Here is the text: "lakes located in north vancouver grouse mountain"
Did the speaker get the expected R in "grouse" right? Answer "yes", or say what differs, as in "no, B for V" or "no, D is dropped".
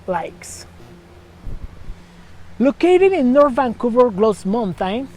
no, L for R